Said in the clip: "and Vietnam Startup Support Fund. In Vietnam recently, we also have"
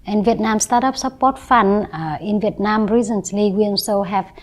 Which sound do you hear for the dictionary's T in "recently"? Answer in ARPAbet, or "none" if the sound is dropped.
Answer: S